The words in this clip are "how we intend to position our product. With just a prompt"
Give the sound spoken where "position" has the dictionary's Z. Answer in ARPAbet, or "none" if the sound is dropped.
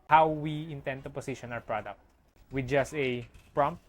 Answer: S